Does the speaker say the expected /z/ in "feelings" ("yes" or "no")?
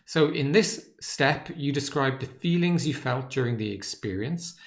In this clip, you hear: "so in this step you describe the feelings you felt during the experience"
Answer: yes